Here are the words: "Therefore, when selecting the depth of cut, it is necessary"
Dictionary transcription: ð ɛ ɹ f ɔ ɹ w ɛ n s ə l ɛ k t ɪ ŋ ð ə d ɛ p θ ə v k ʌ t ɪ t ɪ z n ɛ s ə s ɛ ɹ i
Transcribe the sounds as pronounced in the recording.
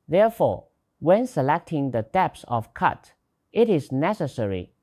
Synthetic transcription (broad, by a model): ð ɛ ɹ f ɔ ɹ w ɛ n s ə l ɛ k t ɪ ŋ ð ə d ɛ p s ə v k ʌ t ɪ t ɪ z n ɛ s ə s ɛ ɹ i